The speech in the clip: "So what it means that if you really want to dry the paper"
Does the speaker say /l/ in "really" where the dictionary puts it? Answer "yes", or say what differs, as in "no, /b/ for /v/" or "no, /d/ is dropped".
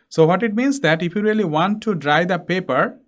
yes